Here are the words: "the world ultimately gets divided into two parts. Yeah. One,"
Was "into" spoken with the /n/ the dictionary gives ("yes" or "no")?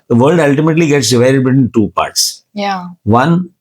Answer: no